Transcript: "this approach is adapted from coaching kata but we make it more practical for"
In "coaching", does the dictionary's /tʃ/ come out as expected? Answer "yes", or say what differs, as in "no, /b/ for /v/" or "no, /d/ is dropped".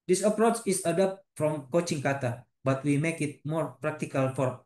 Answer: yes